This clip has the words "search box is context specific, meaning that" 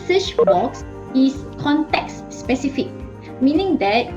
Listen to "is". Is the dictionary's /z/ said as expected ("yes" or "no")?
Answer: no